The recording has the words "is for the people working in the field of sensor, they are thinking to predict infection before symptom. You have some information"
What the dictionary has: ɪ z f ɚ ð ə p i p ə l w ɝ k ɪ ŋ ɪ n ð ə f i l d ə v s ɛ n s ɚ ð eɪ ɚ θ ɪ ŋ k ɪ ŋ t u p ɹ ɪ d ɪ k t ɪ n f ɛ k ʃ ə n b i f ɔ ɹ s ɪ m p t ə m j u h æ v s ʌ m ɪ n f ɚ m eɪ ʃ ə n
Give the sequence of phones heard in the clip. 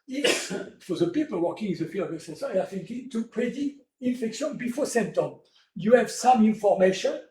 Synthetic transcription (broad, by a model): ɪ f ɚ ð ə p i p ə l w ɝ k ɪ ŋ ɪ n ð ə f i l ə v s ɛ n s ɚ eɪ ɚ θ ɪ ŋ k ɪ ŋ t u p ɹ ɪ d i t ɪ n f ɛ k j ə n b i f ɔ s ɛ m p t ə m j u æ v s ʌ m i n f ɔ m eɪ ʃ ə n